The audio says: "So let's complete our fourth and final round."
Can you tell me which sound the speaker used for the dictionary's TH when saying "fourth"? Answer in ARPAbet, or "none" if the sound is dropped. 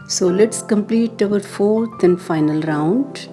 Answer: T